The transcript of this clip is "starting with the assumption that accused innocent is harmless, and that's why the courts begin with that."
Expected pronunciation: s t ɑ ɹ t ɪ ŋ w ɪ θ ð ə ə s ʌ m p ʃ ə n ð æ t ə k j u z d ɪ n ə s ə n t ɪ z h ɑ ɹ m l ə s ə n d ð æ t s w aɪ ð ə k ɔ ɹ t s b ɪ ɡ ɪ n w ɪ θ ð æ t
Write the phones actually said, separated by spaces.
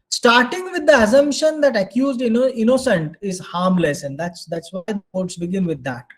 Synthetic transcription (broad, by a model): s t ɑ ɹ t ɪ ŋ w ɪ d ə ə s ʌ m p ʃ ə n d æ t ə k j u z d ɪ n ə s ə n t ɪ z h ɑ ɹ m l ə s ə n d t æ t s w aɪ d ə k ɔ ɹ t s b ɪ ɡ ɪ n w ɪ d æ t